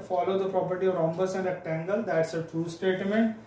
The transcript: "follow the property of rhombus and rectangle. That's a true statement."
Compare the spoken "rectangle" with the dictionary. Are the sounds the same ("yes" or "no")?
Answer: no